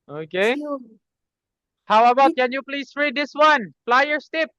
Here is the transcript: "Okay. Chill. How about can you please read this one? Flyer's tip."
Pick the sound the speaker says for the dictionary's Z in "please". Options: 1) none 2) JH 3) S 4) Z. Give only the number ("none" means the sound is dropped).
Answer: 3